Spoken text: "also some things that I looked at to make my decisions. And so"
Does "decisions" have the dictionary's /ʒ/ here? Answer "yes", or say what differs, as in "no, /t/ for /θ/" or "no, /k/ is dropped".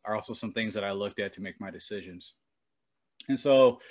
yes